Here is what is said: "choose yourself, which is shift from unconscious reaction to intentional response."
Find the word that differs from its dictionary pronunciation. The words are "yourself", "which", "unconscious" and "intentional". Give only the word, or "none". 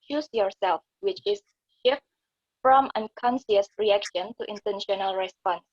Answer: unconscious